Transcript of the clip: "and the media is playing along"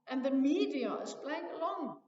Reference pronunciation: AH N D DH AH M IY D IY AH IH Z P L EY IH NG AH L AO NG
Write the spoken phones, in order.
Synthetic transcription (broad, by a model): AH N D DH AH M IY D IY AH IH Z B L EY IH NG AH L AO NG